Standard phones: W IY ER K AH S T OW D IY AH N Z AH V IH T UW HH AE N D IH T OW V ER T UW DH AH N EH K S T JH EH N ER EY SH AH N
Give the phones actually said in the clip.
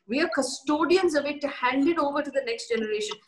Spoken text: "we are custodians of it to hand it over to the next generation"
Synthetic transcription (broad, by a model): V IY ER K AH S T OW D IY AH N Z AH V IH T UW HH AE N D IH T OW V ER T UW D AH N EH K S T JH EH N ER EY SH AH N